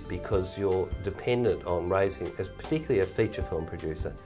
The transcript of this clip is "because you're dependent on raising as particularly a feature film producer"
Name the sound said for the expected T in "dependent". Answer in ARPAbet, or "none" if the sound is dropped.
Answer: T